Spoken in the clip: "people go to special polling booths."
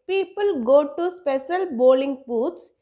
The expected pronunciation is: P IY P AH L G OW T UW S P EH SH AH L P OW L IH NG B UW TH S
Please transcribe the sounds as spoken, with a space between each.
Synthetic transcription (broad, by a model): P IY P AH L G OW T UW S P EH SH AH L B OW L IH NG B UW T S